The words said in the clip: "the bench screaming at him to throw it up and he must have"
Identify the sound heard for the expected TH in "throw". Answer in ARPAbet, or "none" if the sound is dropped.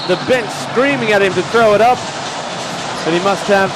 TH